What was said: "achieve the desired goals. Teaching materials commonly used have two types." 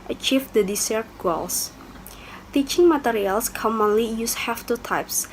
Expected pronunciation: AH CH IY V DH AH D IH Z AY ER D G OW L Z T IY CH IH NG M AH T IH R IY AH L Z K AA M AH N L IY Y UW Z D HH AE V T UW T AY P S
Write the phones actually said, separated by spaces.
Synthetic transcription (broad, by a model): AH CH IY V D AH D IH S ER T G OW L S T IY CH IH NG M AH T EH R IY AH L S K AA M AH N L IY Y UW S HH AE F T UW T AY P S